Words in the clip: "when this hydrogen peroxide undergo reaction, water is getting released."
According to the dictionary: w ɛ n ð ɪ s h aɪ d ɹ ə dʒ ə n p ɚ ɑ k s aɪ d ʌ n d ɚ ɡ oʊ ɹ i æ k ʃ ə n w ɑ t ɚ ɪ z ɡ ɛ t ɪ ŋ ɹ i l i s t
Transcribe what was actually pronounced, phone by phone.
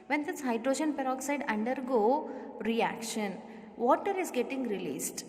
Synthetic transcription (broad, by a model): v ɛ n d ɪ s h aɪ d ɹ ə dʒ ə n p ɚ ɑ k s aɪ d ʌ n d ɚ ɡ oʊ ɹ i æ k ʃ ə n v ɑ t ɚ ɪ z ɡ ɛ t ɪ ŋ ɹ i l i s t